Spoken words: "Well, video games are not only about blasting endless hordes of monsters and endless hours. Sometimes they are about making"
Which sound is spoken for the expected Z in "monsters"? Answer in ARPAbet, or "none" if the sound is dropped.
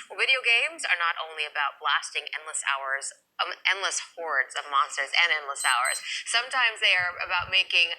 Z